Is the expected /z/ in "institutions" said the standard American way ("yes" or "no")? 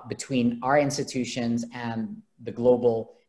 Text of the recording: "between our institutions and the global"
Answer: yes